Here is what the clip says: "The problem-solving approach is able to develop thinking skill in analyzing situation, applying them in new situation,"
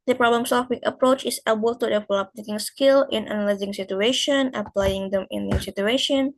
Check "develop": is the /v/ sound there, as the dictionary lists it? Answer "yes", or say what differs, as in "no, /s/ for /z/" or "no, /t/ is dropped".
no, /f/ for /v/